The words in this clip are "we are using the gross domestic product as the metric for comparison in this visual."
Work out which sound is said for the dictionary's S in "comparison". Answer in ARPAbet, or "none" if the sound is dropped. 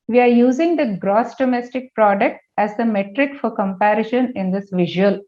SH